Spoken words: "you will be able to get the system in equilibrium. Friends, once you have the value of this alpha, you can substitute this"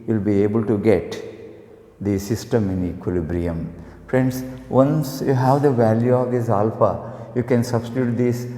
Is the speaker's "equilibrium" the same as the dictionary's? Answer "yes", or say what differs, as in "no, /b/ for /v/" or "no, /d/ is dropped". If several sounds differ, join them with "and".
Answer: yes